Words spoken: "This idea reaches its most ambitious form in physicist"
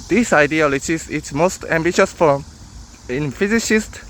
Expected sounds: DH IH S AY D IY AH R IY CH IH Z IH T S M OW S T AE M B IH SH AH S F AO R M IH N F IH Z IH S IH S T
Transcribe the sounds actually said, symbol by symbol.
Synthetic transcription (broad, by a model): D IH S AY D IY AH L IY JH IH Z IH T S M OW S T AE M B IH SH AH S F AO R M IH N F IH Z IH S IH S T